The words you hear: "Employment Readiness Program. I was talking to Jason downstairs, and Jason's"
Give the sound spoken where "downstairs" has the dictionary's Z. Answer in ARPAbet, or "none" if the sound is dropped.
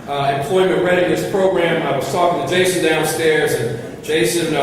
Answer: Z